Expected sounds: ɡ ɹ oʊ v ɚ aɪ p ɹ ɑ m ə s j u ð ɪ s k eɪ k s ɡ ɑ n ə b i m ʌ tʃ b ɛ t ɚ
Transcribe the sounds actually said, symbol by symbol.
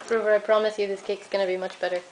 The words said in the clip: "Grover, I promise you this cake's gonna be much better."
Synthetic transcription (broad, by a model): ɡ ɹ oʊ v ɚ aɪ p ɹ ɑ m ə s j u ð ɪ s k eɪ k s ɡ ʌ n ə b i m ʌ tʃ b ɛ t ɚ